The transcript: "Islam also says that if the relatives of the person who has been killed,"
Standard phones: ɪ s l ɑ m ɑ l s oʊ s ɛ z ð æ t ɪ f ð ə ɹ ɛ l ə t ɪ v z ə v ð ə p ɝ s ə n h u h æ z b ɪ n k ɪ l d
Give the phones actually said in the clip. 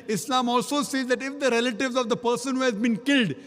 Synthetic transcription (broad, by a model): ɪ s l ɑ m ɑ l s oʊ s ɛ z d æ t ɪ f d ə ɹ ɛ l ə t ɪ v z ə v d ə p ɝ s ə n h u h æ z b ɪ n k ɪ l d